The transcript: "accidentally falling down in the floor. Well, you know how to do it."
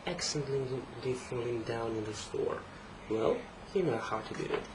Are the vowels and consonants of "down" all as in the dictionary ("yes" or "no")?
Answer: yes